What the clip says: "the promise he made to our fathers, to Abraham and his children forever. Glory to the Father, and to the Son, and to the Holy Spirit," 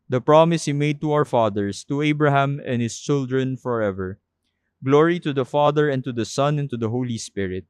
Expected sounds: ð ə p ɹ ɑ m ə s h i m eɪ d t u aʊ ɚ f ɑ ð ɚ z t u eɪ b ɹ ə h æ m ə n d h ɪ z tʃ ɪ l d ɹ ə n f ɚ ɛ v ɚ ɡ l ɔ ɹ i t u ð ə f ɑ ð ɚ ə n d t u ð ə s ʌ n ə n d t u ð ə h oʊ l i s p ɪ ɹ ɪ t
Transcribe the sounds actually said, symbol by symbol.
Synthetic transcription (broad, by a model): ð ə p ɹ ɑ m ə s h i m eɪ d t u aʊ ɚ f ɑ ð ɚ s t u eɪ b ɹ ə h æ m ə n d h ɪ s tʃ ɪ l d ɹ ə n f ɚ ɛ v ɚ ɡ l ɔ ɹ i t u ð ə f ɑ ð ɚ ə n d t u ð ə s ʌ n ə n t u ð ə h oʊ l i s p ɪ ɹ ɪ t